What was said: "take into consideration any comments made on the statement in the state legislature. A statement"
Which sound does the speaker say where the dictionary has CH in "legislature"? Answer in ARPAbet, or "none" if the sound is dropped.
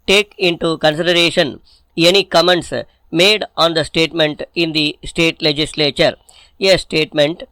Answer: CH